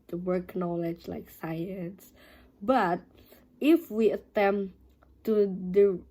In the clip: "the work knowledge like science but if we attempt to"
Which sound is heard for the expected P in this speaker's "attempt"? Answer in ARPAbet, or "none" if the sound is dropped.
none